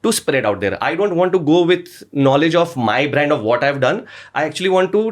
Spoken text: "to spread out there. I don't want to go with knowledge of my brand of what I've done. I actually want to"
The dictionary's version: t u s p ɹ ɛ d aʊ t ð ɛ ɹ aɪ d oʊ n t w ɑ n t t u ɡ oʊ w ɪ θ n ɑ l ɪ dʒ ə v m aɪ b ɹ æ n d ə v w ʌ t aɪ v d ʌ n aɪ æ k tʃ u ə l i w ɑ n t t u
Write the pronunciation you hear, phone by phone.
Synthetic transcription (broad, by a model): t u s p ɹ ɛ d aʊ t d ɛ ɹ aɪ d oʊ n t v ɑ n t t u ɡ oʊ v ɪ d n ɑ l ɪ dʒ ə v m aɪ b ɹ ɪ n d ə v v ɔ t aɪ v d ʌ n aɪ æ k tʃ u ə l i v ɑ n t t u